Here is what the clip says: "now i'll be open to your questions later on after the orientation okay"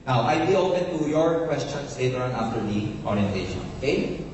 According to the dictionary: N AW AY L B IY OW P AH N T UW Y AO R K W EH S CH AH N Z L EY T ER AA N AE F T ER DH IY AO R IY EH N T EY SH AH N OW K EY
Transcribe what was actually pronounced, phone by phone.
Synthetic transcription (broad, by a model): N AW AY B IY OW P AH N T UW Y AO R K W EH S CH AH N S L EY T ER AA N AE F T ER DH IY AO R IY EH N T EY SH AH N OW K EY